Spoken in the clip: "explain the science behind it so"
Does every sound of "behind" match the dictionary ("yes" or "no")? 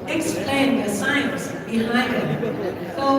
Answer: no